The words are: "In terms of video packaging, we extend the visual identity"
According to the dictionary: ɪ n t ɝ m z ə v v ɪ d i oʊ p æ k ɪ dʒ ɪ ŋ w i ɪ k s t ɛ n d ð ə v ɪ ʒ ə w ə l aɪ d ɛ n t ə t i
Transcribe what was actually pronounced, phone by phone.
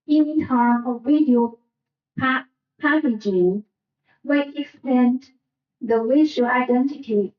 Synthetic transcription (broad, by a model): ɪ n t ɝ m ə v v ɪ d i oʊ p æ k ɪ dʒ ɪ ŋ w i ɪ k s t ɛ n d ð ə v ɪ ʃ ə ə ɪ d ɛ n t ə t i